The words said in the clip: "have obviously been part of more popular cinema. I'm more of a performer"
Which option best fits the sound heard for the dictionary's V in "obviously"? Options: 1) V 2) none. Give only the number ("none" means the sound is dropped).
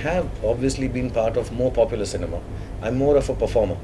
1